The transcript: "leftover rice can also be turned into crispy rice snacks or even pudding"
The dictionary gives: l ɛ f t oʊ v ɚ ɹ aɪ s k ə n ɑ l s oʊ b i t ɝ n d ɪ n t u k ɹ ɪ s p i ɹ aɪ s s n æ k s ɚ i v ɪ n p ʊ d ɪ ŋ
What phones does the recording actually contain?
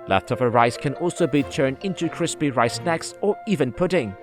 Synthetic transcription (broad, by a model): l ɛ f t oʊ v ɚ ɹ aɪ s k ə n ɑ l s oʊ b i t ɝ n d ɪ n t u k ɹ ɪ s p i ɹ aɪ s s n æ k s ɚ i v ɪ n p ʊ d ɪ ŋ